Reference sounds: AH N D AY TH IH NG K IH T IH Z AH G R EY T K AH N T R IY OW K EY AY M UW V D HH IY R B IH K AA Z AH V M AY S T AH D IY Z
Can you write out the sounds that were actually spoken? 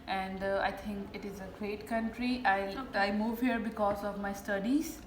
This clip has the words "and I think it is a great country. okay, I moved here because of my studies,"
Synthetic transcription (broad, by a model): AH N D AY T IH NG K IH T IH Z AH G R EY T K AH N T R IY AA IH AY M UW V HH IY R B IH K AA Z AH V M AY S T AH D IY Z